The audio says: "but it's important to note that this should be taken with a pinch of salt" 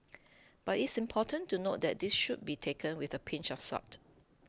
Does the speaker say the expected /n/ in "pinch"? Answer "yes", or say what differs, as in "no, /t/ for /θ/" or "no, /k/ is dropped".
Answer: yes